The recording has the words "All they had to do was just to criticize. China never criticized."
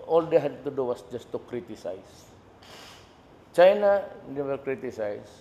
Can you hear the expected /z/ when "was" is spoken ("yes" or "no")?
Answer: no